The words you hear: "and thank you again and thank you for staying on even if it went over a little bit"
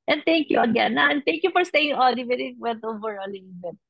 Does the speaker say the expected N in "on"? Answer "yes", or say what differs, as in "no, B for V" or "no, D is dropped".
no, L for N